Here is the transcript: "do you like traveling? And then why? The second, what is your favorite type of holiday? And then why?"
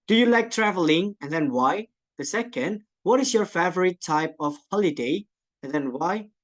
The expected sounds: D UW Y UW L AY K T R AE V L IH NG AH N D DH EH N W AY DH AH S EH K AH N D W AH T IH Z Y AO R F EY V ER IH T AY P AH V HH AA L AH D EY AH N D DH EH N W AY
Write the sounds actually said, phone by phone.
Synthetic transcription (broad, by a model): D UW Y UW L AY K T R AE V L IH NG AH N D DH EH N W AY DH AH S EH K AH N D W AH T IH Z Y AO R F EY V ER IH T AY P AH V HH AA L AH D EY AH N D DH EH N W AY